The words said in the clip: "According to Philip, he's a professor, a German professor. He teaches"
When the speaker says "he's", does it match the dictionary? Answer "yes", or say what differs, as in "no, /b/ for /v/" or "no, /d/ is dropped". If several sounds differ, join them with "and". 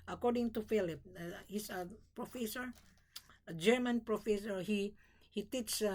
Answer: no, /s/ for /z/